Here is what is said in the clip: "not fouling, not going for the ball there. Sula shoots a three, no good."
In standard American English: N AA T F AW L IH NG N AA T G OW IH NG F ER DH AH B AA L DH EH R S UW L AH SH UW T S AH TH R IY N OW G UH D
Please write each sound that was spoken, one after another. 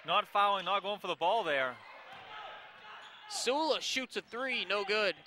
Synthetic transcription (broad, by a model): N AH T F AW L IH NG N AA T G OW IH NG F ER DH AH B AA L DH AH R S UW L AH SH UW T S AH TH R IY N OW G UH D